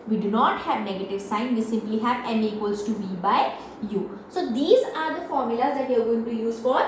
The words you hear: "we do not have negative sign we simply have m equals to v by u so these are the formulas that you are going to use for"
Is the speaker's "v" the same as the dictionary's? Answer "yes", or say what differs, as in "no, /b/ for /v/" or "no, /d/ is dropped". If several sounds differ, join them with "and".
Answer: no, /b/ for /v/